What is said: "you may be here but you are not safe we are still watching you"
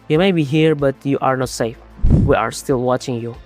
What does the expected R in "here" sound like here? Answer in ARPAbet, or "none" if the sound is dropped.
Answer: R